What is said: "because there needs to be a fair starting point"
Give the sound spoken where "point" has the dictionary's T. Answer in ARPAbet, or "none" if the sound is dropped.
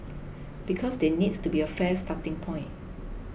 none